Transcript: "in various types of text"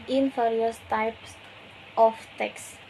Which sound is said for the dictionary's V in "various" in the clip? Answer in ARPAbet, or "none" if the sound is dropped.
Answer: F